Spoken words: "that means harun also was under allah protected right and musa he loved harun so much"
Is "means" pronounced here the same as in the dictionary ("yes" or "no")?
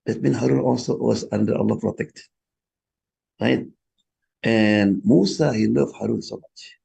no